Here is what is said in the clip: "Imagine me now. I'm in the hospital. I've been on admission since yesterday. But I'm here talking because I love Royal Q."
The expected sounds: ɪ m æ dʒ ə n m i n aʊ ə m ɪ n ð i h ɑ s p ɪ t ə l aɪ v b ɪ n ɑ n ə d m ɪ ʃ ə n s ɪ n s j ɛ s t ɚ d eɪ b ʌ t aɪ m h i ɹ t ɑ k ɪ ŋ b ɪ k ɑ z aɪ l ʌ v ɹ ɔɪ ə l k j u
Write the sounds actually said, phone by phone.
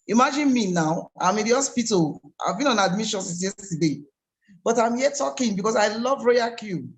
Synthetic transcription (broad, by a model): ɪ m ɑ dʒ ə n m i n aʊ ə m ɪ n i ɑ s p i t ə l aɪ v b ɪ n ɑ n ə d m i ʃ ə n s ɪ s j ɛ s t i d eɪ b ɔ t aɪ m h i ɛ t ɑ k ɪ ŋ b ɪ k ɑ s aɪ l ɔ v ɹ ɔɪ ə k j u